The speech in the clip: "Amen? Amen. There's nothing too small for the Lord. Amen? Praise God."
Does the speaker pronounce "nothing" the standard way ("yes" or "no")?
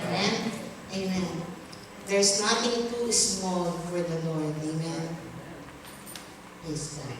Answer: no